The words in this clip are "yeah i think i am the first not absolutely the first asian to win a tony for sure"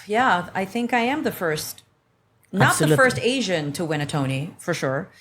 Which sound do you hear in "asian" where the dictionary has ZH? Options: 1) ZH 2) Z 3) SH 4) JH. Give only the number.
1